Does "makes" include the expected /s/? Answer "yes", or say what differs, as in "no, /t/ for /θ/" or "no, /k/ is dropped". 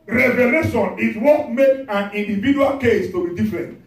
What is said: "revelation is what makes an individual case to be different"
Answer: no, /s/ is dropped